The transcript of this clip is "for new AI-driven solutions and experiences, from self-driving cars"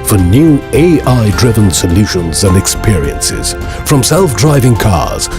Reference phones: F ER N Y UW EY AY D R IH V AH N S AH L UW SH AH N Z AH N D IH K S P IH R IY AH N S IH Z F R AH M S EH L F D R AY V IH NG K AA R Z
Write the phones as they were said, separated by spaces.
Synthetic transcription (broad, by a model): F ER N Y UW EY AY D R IH V AH N S AH L UW SH AH N Z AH N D IH K S P IH R IY AH N S IH Z F R AH M S EH L F D R AY V IH NG K AA R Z